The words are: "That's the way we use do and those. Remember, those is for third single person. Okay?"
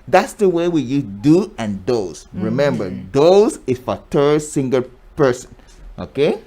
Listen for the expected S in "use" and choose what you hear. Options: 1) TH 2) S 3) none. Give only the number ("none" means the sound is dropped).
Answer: 3